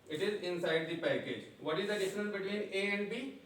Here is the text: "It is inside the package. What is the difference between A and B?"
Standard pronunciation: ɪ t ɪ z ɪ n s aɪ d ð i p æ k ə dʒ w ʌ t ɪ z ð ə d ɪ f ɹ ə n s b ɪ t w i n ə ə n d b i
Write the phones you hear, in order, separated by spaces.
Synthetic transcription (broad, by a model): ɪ t ɪ z ɪ n s aɪ d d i p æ k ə dʒ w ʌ t ɪ z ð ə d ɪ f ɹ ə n b ɪ t w i n ə ə n d b i